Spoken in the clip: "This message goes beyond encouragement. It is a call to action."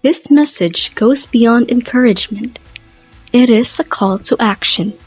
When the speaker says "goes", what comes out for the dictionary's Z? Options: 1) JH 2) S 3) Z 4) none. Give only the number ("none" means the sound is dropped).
3